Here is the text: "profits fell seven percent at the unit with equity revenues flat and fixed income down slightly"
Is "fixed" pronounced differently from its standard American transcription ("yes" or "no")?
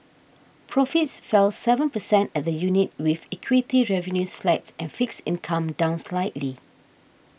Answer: yes